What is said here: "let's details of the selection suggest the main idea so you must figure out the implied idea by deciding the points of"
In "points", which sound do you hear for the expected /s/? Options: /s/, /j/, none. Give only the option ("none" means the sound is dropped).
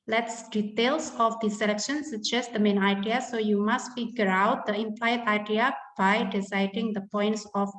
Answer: /s/